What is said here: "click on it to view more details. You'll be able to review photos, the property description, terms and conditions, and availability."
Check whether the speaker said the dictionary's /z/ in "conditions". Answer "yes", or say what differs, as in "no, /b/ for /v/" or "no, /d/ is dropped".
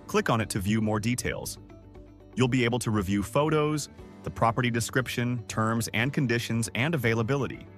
yes